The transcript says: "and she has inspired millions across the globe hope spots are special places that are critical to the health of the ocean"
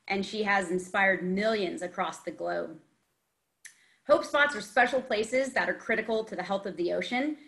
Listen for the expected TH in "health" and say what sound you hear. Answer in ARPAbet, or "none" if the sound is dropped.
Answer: TH